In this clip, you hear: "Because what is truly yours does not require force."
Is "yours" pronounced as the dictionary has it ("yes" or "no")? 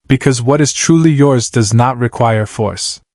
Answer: yes